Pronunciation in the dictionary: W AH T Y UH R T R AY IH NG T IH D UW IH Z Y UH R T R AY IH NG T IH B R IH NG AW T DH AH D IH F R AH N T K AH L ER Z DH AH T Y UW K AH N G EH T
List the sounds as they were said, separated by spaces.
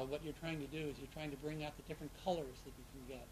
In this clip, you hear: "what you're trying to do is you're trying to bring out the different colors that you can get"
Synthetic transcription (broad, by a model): W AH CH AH R T R AY IH NG T IH D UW IH Z Y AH R T R AY IH NG T IH B R IH NG AW T DH AH D IH F R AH N K AH L ER Z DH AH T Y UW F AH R G EH T